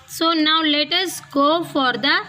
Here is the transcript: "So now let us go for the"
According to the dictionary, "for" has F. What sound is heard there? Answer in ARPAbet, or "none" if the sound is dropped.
F